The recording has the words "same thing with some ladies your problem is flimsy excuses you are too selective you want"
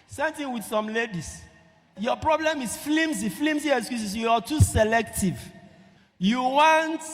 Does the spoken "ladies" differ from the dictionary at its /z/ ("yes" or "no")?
yes